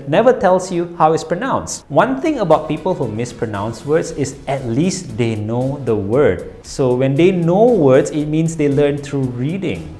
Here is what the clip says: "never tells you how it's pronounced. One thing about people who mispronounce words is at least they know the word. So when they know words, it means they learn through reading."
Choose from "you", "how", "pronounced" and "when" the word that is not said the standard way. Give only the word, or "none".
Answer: none